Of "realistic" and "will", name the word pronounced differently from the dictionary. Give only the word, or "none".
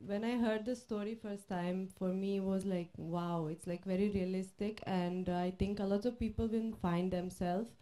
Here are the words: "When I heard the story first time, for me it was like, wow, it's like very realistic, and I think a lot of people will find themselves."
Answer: will